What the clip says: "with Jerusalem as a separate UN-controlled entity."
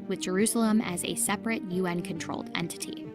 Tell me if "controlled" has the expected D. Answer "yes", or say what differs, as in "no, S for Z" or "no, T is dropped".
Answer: yes